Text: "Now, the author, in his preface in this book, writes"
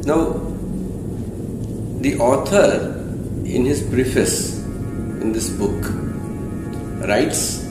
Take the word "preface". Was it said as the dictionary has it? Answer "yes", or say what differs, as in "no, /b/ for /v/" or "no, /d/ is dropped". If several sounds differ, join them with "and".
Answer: no, /b/ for /p/